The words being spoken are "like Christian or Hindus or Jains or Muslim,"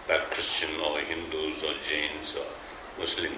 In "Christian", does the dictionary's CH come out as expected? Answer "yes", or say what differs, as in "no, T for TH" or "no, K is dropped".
yes